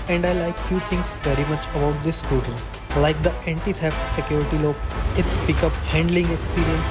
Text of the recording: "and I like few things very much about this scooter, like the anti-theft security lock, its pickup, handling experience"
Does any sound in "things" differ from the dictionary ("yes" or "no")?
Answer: yes